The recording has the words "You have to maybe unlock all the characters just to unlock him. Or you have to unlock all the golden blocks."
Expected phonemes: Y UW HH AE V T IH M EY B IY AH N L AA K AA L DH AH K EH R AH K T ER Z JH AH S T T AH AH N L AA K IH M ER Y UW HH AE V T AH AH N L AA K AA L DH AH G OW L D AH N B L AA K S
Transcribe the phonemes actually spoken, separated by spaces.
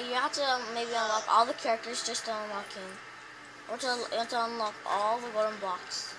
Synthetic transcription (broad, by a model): Y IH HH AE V T IH M EY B IY AH N L AA K AA L DH AH K EH R AH K T ER Z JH AH S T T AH AH N L AA K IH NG ER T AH T AH AH N L AA K AA L DH AH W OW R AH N B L AA K S